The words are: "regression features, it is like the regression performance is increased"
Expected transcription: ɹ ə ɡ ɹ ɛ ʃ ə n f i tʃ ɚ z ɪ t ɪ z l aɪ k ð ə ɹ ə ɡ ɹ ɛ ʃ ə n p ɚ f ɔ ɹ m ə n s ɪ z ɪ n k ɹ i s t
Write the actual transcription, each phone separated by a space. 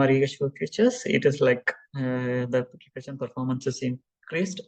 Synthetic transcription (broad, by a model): ɹ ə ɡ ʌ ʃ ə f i tʃ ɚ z ɪ t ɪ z l aɪ k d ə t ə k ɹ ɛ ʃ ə n p ɚ f ɔ ɹ m ə n s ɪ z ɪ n k ɹ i s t